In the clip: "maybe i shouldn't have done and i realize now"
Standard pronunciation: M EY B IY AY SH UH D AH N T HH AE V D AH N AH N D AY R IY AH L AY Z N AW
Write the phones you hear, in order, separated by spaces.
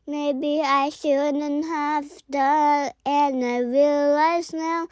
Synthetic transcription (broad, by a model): M EY B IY AY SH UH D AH N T HH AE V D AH AH N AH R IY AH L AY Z N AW